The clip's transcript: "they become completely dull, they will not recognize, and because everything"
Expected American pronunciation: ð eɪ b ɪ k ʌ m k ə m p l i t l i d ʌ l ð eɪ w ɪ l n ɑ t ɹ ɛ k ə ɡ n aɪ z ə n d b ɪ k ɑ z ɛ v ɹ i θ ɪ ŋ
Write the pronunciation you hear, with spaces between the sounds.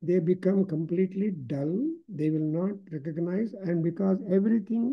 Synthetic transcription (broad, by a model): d eɪ b ɪ k ʌ m k ə m p l i t l i d ʌ l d eɪ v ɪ l n ɑ t ɹ ɛ k ə ɡ n aɪ z ə n d b ɪ k ɑ z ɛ v ɹ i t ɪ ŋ